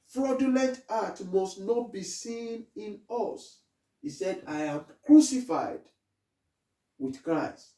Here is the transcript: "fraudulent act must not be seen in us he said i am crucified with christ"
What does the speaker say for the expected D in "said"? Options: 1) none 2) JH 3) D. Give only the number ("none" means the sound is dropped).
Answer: 3